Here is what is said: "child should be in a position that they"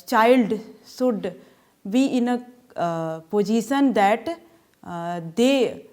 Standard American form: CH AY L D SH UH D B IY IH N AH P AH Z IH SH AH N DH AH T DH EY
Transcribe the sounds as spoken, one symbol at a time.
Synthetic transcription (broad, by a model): CH AY L D S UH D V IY IH N AH P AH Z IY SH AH N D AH T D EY